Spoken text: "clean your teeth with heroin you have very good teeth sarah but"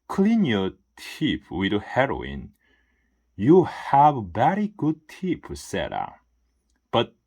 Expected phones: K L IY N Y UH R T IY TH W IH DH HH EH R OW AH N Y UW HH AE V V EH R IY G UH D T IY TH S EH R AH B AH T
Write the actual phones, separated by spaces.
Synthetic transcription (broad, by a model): K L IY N Y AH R T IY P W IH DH HH EH R OW AH N Y UW HH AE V B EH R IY G UH D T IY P S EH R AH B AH T